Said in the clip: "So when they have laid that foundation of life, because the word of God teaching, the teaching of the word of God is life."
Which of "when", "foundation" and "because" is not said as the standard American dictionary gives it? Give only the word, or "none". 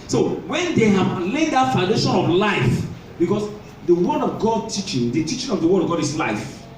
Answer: because